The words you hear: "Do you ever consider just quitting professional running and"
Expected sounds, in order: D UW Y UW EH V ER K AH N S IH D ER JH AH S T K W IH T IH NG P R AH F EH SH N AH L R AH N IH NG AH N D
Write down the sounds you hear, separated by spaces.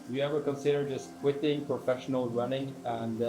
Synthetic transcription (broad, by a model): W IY EH V ER K AH N S IH D ER JH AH S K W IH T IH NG P R AH F EH SH N AH L R AH N IH NG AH N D